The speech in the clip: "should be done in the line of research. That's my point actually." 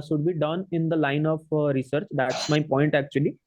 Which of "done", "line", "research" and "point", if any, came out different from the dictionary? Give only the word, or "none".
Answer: none